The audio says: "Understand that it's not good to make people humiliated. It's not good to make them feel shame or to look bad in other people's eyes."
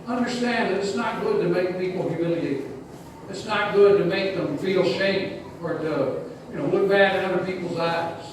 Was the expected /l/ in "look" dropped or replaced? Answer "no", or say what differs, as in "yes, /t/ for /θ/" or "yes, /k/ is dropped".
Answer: yes, /n/ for /l/